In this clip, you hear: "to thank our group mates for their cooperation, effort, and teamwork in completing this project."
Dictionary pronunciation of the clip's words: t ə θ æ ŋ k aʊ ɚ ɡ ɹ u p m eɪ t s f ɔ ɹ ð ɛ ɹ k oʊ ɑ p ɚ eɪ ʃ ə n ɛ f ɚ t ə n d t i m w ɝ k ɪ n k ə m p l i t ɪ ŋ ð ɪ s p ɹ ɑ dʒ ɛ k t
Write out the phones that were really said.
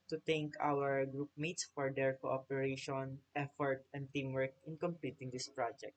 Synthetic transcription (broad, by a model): t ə t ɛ ŋ k aʊ ɚ ɡ ɹ u p m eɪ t s f ɔ ɹ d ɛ ɹ k oʊ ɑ p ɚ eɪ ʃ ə n ɛ f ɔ t ə n d t i m w ɝ k ɪ n k ə m p l i t ɪ ŋ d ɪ s p ɹ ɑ dʒ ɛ k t